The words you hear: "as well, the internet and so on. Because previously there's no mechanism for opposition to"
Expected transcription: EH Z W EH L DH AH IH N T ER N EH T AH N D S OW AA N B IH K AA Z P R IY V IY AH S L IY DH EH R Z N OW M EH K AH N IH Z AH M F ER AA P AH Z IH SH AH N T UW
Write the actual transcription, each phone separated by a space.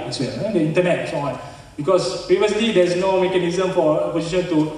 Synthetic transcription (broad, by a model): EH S W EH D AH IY N T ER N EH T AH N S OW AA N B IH K AA S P R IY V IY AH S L IY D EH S N OW M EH K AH N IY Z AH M F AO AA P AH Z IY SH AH N T UW